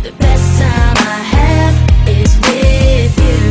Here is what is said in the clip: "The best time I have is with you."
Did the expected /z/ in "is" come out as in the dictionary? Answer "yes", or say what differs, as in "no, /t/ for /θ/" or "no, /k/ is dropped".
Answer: yes